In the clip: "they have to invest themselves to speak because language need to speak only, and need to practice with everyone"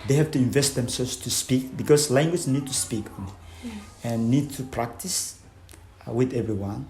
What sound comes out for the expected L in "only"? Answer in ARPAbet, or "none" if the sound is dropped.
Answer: none